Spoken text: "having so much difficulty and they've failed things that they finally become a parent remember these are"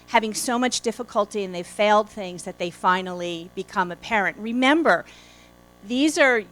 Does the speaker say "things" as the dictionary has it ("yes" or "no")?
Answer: yes